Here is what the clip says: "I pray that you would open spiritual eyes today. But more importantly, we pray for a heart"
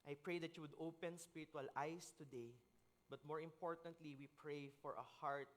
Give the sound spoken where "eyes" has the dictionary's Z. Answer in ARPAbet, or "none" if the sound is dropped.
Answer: S